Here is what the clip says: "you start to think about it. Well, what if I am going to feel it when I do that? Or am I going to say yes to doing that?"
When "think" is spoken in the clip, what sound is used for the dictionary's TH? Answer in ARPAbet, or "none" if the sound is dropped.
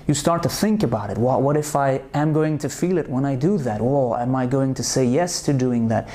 TH